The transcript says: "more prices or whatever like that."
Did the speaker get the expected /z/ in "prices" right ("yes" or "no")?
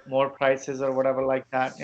yes